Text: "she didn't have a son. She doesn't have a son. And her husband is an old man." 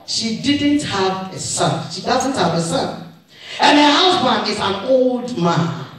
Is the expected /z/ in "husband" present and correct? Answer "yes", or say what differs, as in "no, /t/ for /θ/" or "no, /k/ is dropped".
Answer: no, /s/ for /z/